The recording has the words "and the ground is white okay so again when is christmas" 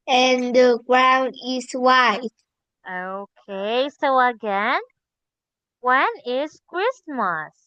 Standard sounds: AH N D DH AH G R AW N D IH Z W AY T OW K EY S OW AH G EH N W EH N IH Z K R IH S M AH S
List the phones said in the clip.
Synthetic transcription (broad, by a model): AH N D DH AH G R AW N D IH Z W AY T OW K EY S OW AH G EH N W EH N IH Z K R IH S M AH S